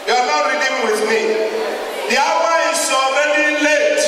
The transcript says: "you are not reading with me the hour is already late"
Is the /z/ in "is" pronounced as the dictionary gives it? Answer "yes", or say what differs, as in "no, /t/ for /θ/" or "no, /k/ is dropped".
no, /s/ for /z/